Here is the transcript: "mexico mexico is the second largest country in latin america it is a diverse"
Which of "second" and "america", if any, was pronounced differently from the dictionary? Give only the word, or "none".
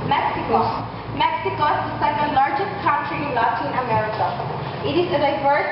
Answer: second